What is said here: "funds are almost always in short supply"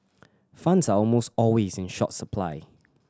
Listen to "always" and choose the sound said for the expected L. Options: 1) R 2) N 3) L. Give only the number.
3